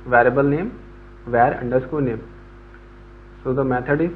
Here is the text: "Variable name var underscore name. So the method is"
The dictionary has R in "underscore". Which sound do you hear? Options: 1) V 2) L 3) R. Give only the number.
2